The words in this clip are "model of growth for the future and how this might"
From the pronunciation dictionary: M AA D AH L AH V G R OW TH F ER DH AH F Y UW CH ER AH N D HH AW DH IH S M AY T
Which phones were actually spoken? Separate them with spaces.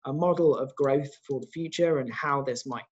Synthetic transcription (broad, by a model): M AA D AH L AH V G R OW TH F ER DH AH F Y UW CH ER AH N HH AW DH IH S M AY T